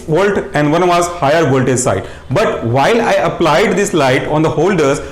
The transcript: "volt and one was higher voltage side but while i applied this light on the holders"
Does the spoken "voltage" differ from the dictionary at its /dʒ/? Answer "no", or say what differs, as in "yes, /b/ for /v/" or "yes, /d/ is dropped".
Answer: yes, /z/ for /dʒ/